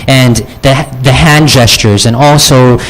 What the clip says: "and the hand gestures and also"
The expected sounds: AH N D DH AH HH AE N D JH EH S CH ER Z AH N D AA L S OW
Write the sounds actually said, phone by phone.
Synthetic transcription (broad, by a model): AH N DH DH AH HH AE N JH EH S CH ER Z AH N AA L S OW